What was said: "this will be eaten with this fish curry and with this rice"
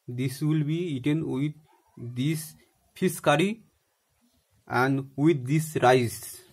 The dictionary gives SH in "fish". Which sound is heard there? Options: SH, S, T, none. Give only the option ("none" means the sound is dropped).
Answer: S